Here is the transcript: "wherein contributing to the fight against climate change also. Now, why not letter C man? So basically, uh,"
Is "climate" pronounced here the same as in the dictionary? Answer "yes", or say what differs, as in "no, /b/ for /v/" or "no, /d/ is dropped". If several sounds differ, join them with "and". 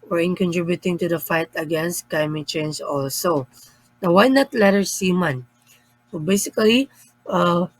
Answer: no, /l/ is dropped